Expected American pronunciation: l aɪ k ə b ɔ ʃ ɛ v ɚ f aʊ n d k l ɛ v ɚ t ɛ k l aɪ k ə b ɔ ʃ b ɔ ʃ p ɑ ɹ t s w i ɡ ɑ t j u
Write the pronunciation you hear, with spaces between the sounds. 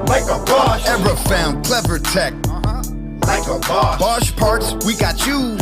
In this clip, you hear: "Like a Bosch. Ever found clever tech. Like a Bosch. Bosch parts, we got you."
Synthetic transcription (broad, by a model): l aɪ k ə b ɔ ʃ ɛ v ɚ f aʊ n d k l ɛ v ɚ t ɛ k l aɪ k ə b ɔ b ɔ ʃ p ɑ ɹ t s w i ɡ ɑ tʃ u